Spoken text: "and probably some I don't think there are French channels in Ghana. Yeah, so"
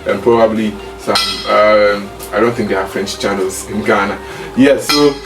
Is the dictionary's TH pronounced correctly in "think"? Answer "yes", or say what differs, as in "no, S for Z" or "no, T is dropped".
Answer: yes